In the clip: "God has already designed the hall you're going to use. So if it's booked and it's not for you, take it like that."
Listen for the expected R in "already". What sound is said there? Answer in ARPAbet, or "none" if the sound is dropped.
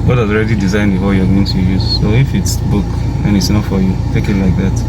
R